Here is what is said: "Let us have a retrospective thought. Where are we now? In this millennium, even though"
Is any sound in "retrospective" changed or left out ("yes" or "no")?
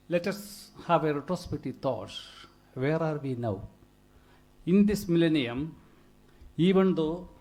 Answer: yes